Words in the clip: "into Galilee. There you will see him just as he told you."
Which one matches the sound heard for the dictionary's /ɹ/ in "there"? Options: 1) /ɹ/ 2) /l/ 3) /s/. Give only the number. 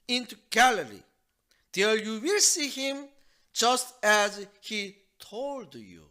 2